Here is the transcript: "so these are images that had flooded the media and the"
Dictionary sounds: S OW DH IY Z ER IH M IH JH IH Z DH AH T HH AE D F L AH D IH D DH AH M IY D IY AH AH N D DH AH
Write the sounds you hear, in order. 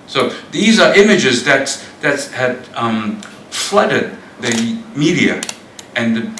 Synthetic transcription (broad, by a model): S OW DH IY Z ER IH M IH JH IH Z DH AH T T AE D F L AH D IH D DH AH M IY D IY AH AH N DH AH